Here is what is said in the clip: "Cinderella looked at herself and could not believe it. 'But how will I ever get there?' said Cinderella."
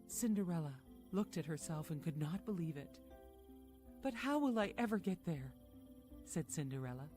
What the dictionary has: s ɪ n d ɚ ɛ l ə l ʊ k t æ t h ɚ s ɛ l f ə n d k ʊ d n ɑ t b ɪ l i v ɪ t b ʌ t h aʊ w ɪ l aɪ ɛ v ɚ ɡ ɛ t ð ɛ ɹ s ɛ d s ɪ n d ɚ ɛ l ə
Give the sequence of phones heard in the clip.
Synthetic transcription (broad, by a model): s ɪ n d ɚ ɛ l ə l ʊ k t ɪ t h ɚ s ɛ l f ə n k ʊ d n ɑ t b ɪ l i v ɪ t b ʌ t h aʊ w ɪ l aɪ ɛ v ɚ ɡ ɛ t ð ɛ ɹ s ɛ d s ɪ n d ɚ ɛ l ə